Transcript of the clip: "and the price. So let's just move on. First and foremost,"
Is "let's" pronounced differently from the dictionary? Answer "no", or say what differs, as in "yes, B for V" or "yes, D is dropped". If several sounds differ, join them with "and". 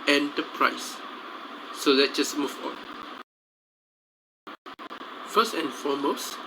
yes, S is dropped